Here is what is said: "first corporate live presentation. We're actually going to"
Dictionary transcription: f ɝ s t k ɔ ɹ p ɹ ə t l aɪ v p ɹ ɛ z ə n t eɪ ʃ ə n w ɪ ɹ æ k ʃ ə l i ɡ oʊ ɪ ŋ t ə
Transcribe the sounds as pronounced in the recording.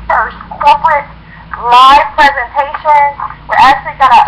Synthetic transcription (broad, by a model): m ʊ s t k ɔ ɹ p ɹ ə t l aɪ v p ɹ ɛ z ə n t eɪ ʃ ə n w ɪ ɹ æ k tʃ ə l i ɡ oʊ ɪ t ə